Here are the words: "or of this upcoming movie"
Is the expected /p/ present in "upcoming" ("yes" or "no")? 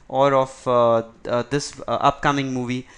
yes